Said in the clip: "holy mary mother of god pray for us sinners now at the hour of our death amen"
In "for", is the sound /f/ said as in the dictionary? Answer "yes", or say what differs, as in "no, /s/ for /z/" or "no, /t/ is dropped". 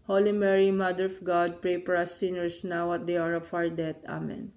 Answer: no, /p/ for /f/